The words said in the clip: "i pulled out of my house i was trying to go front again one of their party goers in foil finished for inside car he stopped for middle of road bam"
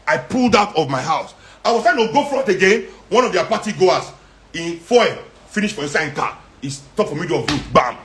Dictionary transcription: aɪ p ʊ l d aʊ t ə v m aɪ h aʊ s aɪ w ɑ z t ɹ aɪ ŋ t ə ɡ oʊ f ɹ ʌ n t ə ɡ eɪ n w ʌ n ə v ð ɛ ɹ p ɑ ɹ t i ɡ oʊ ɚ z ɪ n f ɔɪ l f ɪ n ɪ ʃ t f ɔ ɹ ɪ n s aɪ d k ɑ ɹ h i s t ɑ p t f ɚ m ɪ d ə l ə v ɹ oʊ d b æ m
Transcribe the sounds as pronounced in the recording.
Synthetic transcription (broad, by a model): aɪ p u l d aʊ t ə v m aɪ h aʊ s aɪ w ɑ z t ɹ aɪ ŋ t ə ɡ oʊ f ɹ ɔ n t ə ɡ eɪ n w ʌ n ə v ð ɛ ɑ p ɑ t i ɡ oʊ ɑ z ɪ n f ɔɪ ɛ f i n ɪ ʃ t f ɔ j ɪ s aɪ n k ɑ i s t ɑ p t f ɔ m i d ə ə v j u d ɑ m